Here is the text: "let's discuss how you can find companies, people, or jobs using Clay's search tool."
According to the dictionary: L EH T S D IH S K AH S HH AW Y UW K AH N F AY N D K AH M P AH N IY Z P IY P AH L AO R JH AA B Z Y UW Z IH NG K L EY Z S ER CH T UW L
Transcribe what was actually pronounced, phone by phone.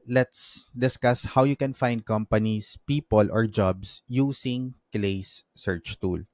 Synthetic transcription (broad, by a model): L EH T S D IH S K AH S HH AW Y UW K AH N F AY N D K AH M P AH N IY S P IY P AH L AO R JH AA B S Y UW S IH NG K L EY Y S ER CH T UW L